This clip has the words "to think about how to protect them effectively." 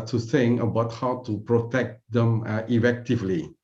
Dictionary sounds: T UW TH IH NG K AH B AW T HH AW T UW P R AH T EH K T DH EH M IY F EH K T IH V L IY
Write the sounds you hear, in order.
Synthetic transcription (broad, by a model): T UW S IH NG AH B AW T HH AW T UW P R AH T EH K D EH M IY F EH K T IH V L IY